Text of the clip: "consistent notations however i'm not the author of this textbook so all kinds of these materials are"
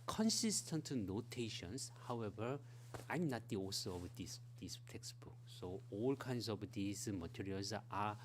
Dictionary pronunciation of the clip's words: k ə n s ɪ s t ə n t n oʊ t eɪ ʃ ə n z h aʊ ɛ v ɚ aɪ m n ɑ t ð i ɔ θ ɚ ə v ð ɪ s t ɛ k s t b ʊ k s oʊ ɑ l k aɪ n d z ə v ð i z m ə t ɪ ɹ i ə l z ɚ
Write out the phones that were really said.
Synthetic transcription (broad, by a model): k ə n s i s t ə n t n oʊ t eɪ ʃ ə n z h aʊ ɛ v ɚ aɪ m n ɑ t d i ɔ s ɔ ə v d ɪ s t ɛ k s t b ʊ k s oʊ ɑ l k aɪ n d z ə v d i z m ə t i ɹ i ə l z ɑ